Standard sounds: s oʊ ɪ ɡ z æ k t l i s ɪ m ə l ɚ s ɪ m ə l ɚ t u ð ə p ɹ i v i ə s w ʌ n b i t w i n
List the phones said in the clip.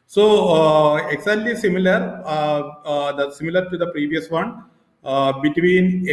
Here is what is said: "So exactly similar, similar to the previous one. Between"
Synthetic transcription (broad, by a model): s oʊ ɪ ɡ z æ t l i s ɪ m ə l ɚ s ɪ m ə l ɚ t u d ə p ɹ i v i ə s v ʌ n b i t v i n